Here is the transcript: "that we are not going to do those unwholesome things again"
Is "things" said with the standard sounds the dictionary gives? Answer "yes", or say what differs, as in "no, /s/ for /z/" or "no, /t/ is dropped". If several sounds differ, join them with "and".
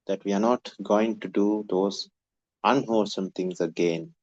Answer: no, /t/ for /θ/